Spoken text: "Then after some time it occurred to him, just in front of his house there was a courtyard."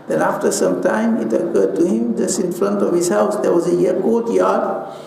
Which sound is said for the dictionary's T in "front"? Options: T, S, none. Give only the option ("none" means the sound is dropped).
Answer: T